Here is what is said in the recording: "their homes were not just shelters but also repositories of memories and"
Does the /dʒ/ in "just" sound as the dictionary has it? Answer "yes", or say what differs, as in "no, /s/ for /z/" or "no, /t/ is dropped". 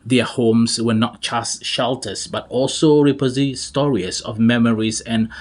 no, /tʃ/ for /dʒ/